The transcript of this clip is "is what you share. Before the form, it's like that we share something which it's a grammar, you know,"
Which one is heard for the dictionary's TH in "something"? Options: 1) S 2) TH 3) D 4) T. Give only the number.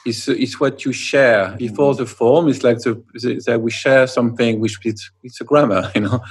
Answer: 2